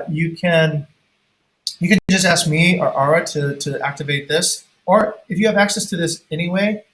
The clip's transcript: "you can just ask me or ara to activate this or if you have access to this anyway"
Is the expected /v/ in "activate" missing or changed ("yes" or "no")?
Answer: no